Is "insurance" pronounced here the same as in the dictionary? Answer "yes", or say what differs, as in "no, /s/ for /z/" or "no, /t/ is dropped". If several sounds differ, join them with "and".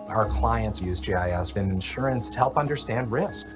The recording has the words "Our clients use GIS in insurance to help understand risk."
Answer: yes